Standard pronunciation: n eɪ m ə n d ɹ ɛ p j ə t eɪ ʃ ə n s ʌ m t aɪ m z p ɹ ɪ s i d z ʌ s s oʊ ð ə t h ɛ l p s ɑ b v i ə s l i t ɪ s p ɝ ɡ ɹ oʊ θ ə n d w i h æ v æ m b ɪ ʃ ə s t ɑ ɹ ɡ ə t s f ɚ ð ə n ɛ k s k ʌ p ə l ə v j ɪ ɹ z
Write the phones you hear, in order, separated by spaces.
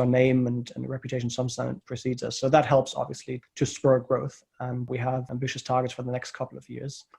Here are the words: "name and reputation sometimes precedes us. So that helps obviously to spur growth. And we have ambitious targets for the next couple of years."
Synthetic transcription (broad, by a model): n eɪ m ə n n ɹ ɛ p j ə t eɪ ʃ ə n s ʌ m s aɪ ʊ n p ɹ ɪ s i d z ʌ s s oʊ ð ə t h ɛ l p s ɑ b v i ə s l i t ɪ s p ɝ ɡ ɹ oʊ θ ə n w i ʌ v æ m b ɪ ʃ ə s t ɑ ɹ ɡ ə t s f ɚ ð ə n ɛ k s k ʌ p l ə v j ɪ ɹ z